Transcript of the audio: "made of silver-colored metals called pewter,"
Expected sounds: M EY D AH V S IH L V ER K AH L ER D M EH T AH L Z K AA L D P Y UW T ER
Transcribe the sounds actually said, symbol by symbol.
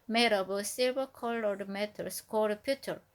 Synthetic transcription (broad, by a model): M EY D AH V S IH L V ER K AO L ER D M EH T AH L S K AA D P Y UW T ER